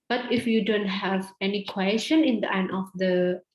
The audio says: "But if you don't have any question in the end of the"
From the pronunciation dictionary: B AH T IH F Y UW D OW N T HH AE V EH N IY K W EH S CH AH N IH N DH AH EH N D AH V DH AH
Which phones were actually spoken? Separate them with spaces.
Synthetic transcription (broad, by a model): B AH T IH F Y UW D OW N T HH AE V EH N IY K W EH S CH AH N IH N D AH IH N AH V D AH